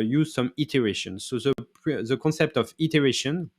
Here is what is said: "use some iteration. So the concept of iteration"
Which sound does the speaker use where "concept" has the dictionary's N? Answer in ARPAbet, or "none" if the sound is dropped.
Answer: N